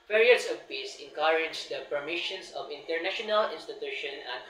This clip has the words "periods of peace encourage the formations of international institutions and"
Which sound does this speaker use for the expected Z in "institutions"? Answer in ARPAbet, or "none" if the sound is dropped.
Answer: none